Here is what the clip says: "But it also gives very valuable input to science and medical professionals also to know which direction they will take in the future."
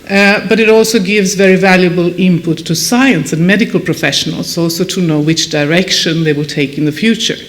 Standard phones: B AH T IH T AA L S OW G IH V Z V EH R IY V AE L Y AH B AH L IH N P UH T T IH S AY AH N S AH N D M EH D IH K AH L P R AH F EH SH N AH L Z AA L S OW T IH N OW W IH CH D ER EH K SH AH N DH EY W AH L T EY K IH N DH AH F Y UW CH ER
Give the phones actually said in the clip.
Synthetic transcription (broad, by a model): B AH T IH T AA L S OW G IH V Z V EH R IY V AE L Y AH B AH L IH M P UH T T IH S AY AH N S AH N M EH D IH K AH L P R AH F EH SH N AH L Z AA L S OW T IH N OW W IH CH D ER EH K SH AH N DH EY W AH L T EY K IH N DH AH F Y UW CH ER